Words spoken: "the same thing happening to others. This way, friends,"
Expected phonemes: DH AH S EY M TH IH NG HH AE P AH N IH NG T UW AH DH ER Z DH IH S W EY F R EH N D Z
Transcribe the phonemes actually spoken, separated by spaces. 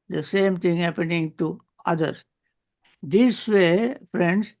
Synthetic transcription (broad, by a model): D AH S EY M T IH NG HH AE P AH N IH NG T UW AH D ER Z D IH S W EY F R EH N D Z